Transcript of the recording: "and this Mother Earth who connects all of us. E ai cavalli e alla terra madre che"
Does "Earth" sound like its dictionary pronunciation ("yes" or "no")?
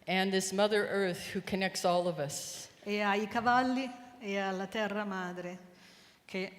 yes